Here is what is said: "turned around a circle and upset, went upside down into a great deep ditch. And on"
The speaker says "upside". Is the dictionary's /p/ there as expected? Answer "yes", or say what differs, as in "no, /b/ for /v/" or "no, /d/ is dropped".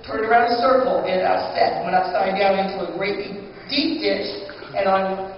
no, /p/ is dropped